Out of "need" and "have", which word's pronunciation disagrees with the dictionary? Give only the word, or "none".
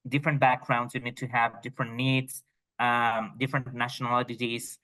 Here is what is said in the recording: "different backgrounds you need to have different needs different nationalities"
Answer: none